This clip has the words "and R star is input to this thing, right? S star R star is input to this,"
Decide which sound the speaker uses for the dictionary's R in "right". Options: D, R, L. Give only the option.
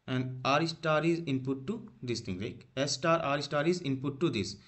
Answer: L